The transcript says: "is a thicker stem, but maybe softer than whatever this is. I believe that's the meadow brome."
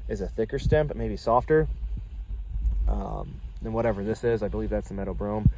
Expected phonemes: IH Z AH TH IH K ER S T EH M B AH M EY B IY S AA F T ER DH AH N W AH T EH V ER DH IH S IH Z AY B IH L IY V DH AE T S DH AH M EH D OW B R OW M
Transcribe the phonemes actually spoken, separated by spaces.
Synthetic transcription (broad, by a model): IH Z AH TH IH K ER S T EH M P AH M EY B IY S AA F T ER DH AH N W AH T EH V ER DH IH S IH Z AY B IH L IY V DH AE T S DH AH M EH D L B R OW M